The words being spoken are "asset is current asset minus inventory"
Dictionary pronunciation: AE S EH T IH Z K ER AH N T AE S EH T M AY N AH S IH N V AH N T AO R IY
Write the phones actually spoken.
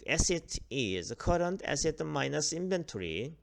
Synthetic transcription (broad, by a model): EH S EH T IH Z K ER AH N T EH S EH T M AY N AH S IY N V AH N T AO R IY